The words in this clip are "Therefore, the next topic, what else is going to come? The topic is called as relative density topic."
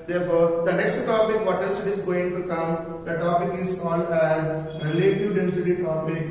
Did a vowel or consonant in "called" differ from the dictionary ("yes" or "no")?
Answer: yes